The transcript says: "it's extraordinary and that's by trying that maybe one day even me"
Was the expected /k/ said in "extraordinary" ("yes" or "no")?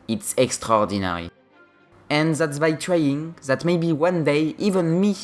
yes